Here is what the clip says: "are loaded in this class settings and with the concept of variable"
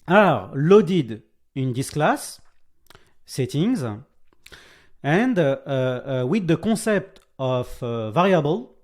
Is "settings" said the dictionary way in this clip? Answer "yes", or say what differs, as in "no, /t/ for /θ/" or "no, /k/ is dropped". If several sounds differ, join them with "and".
yes